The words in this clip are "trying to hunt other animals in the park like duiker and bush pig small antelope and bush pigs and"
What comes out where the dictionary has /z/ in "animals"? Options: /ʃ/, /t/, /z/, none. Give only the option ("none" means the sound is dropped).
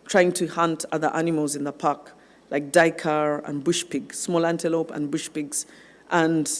/z/